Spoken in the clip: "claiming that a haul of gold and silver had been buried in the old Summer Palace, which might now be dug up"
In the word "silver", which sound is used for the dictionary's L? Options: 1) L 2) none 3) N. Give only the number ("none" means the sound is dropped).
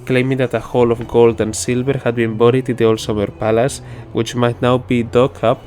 1